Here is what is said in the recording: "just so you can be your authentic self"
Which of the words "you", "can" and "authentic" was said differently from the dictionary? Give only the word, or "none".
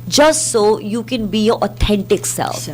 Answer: authentic